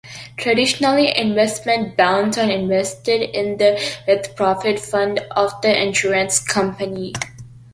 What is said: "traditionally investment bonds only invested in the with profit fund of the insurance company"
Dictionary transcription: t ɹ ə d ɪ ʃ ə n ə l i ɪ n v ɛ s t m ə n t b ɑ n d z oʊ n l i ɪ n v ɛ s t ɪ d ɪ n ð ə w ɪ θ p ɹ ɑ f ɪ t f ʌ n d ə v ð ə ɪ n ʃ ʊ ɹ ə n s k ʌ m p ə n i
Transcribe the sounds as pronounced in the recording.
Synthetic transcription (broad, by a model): t ɹ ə d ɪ ʃ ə n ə l i ɪ n v ɛ s t m ə n t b ɑ n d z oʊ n ɪ n v ɛ s t ɪ d ɪ n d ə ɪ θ p ɹ ɑ f ɪ t f ʌ n d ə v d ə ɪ n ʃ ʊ ɹ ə n s k ʌ m p ə n i